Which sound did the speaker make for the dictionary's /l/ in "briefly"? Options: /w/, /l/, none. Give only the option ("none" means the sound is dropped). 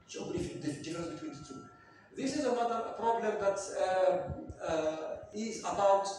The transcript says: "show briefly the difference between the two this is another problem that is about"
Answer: none